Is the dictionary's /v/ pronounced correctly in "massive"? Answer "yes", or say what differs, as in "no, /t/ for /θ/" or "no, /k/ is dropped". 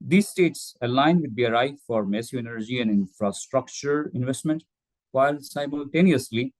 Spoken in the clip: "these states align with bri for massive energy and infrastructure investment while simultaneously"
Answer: no, /v/ is dropped